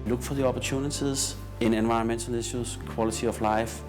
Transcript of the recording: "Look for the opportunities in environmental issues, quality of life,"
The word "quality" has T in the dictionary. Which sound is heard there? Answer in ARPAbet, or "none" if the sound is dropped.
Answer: S